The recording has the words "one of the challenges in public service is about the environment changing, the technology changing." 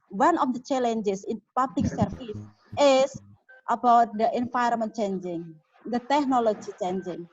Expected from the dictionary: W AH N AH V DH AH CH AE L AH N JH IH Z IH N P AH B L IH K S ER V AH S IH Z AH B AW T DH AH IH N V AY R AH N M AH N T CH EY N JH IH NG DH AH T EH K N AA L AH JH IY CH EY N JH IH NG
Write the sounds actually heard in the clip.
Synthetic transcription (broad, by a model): W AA N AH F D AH CH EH L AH N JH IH S IH N P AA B L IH K S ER F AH S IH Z AH B AW T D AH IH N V AY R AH M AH N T CH EY N JH IH NG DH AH T EH K N AA L AH JH IY CH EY N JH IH NG